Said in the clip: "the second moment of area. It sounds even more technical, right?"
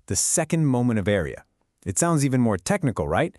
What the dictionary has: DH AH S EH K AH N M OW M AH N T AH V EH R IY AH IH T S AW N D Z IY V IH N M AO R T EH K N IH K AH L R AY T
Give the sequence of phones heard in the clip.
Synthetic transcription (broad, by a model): DH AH S EH K AH N M OW M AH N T AH V EH R IY AH IH T S AW N D Z IY V IH N M AO R T EH K N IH K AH L R AY T